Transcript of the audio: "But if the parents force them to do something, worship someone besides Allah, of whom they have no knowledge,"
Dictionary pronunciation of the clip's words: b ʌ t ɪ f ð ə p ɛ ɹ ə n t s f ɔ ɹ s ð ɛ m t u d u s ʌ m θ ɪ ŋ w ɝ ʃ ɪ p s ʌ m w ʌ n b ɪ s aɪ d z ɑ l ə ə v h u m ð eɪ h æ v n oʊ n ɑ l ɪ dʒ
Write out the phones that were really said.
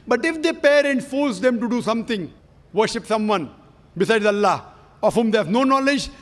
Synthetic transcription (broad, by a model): b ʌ t ɪ f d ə p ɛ ɹ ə n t f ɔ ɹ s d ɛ m t u d u s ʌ m t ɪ ŋ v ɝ ʃ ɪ p s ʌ m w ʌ n b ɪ s aɪ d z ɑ l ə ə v h u m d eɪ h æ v n oʊ n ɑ l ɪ dʒ